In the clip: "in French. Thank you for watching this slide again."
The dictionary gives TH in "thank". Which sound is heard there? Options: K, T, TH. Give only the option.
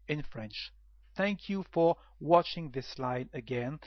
TH